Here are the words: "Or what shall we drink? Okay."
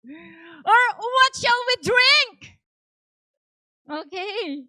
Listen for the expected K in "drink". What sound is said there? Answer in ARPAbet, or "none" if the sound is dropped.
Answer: K